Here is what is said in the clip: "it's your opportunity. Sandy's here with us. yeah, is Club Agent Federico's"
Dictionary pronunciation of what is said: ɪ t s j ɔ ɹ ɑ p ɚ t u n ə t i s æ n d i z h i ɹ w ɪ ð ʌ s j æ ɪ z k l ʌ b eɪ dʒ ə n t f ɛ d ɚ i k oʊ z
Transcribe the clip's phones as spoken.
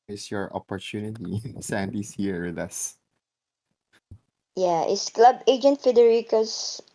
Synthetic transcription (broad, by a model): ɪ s j ɔ ɹ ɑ p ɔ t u n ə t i s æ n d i s h i ɹ w ɪ ð ʌ s j æ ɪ s k l ʌ b eɪ dʒ ə n t f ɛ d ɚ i k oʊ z